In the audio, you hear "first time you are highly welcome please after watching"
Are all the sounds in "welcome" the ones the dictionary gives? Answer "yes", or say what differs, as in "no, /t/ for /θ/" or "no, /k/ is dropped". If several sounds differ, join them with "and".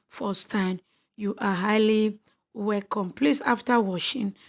no, /l/ is dropped